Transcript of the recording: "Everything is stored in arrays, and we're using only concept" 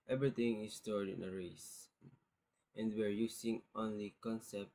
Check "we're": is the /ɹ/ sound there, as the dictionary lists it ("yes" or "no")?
yes